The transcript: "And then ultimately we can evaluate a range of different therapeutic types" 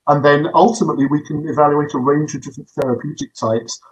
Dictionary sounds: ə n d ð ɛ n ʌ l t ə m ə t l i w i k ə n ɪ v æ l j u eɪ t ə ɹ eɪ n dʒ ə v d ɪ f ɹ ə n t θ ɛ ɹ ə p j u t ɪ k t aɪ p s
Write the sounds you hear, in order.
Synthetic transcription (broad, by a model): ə n ð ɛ n ʌ l t ə m ə t l i w i k ə n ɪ v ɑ l j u eɪ t ə ɹ eɪ n dʒ ə v d ɪ f ɹ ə n θ ɛ ɹ ə p j u t ɪ k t aɪ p s